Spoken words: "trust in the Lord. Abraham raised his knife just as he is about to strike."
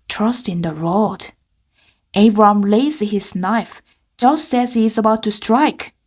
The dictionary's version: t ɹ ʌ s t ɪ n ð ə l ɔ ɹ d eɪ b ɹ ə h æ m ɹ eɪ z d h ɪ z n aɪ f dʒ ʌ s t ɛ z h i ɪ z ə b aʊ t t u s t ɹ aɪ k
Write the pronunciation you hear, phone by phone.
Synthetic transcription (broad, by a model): t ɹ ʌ s t ɪ n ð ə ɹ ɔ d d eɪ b ɹ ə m l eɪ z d h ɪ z n aɪ f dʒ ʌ s t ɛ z h i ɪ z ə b aʊ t t u s t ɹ aɪ k